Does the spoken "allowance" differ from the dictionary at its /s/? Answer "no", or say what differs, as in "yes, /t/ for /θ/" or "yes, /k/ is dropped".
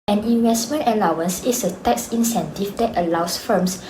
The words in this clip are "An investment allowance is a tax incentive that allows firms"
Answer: no